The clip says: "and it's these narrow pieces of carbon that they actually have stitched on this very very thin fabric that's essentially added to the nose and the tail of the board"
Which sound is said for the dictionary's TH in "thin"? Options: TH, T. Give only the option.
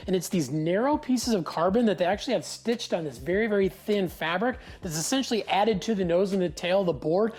TH